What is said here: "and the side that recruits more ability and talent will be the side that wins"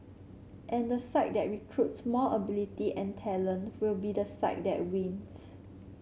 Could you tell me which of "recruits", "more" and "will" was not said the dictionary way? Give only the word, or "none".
more